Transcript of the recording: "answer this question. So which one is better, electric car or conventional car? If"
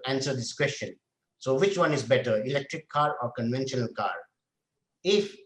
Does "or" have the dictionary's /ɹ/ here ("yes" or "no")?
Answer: yes